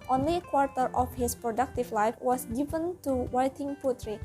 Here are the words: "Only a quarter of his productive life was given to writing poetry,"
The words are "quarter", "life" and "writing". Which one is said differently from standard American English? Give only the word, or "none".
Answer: writing